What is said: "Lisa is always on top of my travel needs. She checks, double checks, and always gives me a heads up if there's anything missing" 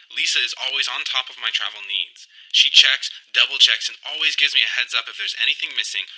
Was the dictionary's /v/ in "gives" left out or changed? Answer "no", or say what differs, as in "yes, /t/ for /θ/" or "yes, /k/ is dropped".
no